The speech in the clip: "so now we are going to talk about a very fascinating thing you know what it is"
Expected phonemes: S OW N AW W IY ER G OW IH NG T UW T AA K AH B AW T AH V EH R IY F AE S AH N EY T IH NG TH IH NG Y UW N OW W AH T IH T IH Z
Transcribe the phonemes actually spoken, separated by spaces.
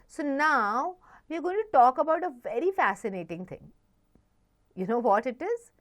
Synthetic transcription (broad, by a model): S OW N AW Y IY ER G OW IH NG T UW T AA K AH B AW T AH V EH R IY F AE S AH N EY T IH NG T IH NG Y UW N OW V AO T IH T IH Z